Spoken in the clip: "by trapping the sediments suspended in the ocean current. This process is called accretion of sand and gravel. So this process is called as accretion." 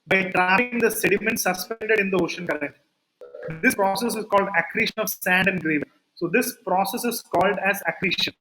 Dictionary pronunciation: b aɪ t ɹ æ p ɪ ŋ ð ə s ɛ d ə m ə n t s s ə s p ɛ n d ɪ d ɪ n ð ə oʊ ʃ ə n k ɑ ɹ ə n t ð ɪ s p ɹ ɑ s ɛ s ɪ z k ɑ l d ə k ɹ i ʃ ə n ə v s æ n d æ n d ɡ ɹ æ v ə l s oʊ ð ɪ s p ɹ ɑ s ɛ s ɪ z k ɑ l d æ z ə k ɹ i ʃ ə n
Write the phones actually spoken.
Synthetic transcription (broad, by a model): b aɪ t ɹ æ ɪ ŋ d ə s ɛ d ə m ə n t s s ə s p ɛ n d ɪ d ɪ n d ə oʊ ʃ ə n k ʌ ɹ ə n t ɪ s p ɹ ɑ s ɛ s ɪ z k ɑ l d ə k ɹ i ʃ ə n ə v s æ n d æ n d ɡ ɹ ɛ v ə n s oʊ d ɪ s p ɹ ɑ s ɛ s ɪ z k ɑ l d æ z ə k ɹ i ʃ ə n